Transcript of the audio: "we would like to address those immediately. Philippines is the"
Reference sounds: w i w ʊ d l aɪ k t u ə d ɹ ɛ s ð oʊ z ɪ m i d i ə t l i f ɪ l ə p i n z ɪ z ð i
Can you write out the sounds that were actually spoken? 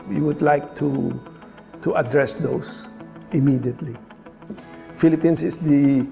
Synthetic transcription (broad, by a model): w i w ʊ d l aɪ k t u ə d ɹ ɛ s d oʊ s ɪ m i d i ə t l i f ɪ l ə p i n s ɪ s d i